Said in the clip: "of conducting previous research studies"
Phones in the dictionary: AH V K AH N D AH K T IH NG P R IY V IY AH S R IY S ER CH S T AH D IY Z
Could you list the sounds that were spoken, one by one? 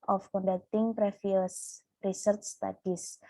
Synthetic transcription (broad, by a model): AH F K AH N D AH K T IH NG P R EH F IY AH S R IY S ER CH S T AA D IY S